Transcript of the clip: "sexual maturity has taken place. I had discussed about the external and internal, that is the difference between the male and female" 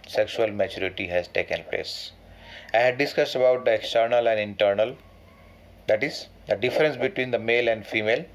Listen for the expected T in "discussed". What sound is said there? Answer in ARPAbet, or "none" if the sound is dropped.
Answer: T